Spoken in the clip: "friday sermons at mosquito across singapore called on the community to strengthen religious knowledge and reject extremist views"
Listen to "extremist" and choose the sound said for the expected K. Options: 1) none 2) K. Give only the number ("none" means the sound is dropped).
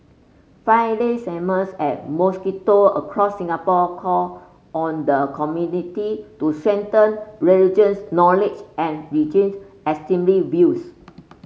1